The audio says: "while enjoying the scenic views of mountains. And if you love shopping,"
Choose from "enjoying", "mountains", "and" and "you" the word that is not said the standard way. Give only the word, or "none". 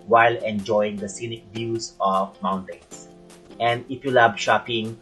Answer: mountains